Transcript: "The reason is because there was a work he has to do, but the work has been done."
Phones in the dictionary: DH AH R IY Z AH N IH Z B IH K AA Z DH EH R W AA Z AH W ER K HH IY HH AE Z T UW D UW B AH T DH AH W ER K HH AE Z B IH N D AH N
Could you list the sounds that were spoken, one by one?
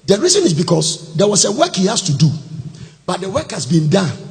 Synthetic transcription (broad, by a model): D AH R IY Z AH N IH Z B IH K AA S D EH W AA S AH W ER K HH IY HH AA S T UW D UW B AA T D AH W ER K HH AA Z B IH N D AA N